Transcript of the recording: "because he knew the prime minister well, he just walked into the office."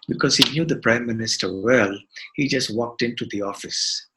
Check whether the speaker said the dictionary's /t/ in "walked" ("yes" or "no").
yes